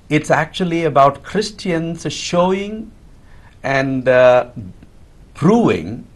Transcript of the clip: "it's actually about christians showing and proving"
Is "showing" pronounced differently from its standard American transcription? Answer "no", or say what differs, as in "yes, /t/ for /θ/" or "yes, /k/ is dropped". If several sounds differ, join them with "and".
no